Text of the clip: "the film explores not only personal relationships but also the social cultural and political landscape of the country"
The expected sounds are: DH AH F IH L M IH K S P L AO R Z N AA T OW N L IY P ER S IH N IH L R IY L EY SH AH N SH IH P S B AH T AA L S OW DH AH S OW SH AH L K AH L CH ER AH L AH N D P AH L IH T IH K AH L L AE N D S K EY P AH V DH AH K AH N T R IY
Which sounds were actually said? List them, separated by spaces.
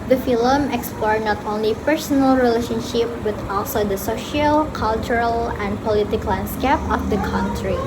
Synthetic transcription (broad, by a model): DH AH F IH L M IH K S P L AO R N AA T OW N L IY P ER S IH N IH L R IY L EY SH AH N SH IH P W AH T AA L S OW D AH S OW SH AH L K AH L CH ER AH L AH N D P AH L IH T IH K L L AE N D S K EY P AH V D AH K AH N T R IY